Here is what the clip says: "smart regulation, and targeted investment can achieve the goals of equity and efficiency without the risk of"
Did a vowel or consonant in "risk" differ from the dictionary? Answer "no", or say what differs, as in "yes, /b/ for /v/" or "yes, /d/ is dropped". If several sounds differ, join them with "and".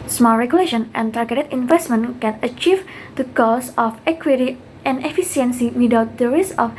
yes, /k/ is dropped